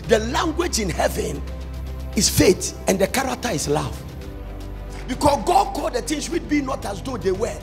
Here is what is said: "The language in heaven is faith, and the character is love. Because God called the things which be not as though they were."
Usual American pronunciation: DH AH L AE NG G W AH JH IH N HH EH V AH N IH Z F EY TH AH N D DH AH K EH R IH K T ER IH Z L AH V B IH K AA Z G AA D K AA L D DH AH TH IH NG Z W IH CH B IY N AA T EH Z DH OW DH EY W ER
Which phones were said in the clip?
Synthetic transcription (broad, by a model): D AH L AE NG G W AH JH IH N HH EH V AH N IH S F EY T AH N D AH K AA R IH K T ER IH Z L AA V B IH K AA S G AA D K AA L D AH T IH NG S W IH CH B IY N AA T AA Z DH OW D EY W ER